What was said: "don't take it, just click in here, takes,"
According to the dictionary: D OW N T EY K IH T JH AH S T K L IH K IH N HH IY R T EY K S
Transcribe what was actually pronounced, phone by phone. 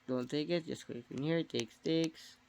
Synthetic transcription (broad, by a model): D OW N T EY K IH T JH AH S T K IH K IH N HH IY R T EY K S